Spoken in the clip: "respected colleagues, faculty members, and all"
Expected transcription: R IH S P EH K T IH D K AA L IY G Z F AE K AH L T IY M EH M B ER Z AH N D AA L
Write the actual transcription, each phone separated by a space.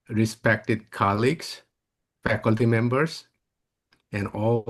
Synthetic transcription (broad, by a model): R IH S P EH K T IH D K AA L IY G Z F AE K AH L T IY M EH M B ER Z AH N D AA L